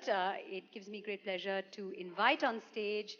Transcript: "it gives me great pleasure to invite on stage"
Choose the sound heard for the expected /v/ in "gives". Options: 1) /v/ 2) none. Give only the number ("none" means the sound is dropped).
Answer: 1